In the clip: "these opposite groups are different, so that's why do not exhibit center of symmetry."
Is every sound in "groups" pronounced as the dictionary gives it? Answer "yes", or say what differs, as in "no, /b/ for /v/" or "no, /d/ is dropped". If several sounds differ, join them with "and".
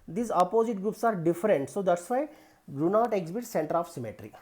yes